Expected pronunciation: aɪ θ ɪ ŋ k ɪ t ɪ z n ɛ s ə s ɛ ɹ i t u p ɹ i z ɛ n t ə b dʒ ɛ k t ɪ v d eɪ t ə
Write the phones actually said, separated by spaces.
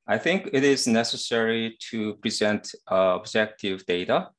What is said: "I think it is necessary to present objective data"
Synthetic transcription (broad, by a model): aɪ θ ɪ ŋ k ɪ t ɪ z n ɛ s ə s ɛ ɹ i t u p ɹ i z ɛ n t ə b dʒ ɛ k t ɪ v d eɪ t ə